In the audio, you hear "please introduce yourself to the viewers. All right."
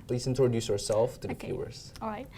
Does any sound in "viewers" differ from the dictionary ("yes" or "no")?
yes